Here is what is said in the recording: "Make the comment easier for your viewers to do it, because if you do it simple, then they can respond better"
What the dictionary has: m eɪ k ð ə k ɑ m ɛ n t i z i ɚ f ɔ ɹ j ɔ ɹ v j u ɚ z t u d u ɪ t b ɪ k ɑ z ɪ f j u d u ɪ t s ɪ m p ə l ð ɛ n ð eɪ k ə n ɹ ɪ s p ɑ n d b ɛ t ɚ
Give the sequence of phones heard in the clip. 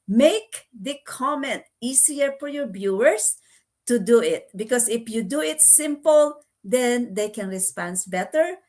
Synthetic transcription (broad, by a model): m eɪ k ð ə k ɑ m ɛ n t i s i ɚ f ɔ ɹ j ɔ ɹ b j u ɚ s t u d u ɪ t b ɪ k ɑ s ɪ f j u d u ɪ t s ɪ m p ə l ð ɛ n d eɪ k ə n ɹ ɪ s p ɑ n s b ɛ t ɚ